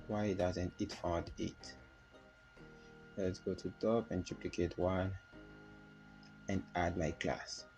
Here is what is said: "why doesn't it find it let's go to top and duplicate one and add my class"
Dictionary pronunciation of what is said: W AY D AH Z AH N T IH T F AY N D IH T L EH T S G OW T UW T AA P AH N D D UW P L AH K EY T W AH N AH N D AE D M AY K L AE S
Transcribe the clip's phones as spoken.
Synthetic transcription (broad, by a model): W AY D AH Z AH N T IH T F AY D IH T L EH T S G OW T UW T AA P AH N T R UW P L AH K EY T W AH N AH N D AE D M AY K L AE S